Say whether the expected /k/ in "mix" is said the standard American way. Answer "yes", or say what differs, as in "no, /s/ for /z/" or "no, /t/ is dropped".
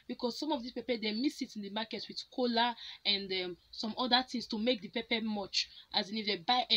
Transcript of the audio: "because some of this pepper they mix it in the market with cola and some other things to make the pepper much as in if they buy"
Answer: no, /k/ is dropped